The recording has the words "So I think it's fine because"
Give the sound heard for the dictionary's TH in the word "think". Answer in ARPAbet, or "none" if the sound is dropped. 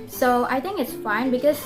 T